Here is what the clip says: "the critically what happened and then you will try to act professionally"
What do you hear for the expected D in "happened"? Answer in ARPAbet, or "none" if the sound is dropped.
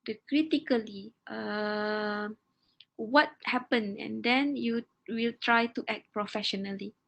none